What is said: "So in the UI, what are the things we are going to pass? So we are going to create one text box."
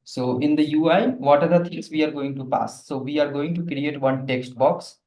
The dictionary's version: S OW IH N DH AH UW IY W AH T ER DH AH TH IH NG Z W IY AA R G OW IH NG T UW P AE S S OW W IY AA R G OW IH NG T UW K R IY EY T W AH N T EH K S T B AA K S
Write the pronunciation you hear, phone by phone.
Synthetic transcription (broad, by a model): S OW IH N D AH UW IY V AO T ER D AH T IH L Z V IY AA R G OW IH NG T UW P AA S S OW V IY AA R G OW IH NG T UW K R IY EY T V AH N T EH K S T B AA K S